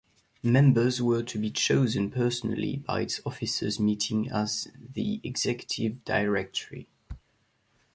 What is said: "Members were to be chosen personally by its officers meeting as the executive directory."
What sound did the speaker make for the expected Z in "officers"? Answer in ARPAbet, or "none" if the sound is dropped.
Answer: Z